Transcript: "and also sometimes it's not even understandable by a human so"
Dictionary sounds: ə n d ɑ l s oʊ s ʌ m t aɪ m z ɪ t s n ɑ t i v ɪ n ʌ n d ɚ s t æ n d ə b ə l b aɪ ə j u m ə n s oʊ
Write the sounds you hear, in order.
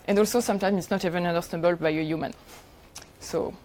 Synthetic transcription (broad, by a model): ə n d ɑ l s oʊ s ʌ m t aɪ m ɪ t s n ɑ t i v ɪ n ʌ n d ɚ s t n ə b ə l b aɪ ə j u m ə n s oʊ